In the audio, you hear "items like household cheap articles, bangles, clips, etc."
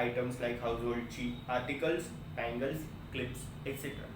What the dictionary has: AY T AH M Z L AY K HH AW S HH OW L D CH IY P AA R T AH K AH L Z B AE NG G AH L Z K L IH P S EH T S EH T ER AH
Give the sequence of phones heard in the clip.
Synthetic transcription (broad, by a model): AY T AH M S L AY K HH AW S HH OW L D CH IY AA R T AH K AH L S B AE NG G AH L S K L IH P S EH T S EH T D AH